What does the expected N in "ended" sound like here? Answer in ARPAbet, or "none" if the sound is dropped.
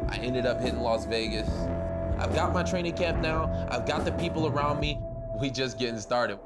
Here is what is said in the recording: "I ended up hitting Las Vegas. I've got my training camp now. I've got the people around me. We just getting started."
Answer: N